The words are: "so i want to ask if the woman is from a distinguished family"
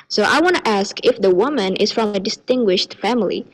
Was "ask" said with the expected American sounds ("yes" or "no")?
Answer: yes